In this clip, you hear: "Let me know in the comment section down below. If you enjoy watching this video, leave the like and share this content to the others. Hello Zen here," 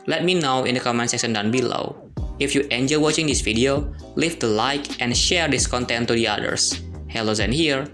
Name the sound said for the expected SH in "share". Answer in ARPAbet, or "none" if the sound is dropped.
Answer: SH